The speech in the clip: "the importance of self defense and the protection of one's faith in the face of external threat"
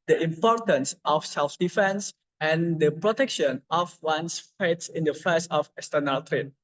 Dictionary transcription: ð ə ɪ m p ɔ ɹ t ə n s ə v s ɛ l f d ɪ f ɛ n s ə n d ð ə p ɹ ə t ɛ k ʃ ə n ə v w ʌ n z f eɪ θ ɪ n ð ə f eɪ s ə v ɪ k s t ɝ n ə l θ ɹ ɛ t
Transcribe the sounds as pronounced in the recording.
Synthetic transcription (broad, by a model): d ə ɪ m p ɔ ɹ t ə n s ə f s ɛ l f d ɪ f ɛ n s ə n d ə p ɹ ə t ɛ k ʃ ə n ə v w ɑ n s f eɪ s ɪ n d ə f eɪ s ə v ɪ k s t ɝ n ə l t ɹ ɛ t